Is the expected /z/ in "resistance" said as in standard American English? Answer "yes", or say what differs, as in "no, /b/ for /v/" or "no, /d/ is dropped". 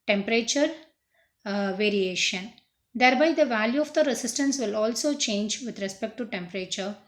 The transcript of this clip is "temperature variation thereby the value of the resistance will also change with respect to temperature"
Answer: no, /s/ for /z/